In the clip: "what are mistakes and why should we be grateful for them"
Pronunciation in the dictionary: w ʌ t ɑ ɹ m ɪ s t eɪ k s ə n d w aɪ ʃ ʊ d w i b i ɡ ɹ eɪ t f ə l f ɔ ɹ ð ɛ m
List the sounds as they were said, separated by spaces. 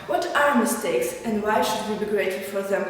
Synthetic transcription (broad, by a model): w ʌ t ɑ ɹ m ɪ s t eɪ k s ə n d w aɪ ʃ ʊ d w i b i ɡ ɹ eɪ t ə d f ɔ ɹ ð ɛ m